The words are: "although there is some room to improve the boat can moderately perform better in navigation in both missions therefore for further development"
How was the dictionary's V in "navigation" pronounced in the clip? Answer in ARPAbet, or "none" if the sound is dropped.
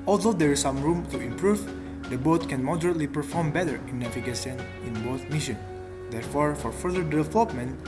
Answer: F